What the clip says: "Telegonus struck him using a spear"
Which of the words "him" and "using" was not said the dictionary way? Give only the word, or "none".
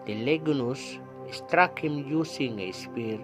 using